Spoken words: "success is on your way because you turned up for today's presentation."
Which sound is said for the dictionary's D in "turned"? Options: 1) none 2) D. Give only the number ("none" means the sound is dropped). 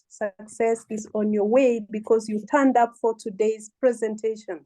2